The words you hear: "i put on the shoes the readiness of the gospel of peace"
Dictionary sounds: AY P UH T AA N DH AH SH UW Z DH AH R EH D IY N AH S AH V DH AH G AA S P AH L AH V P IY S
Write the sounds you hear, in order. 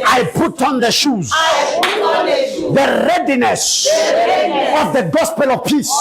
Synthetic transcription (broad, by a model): AY P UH T AA N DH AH SH UW Z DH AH R EH D IY N AH S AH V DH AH G AA S P AH L AH V P IY S